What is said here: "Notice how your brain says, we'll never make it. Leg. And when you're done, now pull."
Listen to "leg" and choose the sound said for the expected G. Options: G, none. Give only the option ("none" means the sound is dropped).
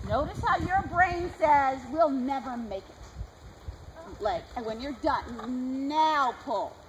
none